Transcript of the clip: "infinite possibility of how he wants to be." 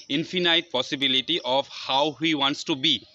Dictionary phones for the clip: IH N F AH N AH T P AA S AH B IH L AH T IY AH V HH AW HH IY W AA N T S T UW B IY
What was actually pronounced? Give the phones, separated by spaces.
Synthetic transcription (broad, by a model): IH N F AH N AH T P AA S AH B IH L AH T IY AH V HH AW HH IY W AA N T S T UW B IY